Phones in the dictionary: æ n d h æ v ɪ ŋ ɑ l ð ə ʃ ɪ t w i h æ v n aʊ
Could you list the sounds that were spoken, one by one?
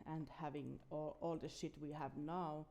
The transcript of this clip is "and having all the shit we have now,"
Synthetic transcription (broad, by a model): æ n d h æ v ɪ ŋ ɑ l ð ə ʃ ɪ t w i h æ v n aʊ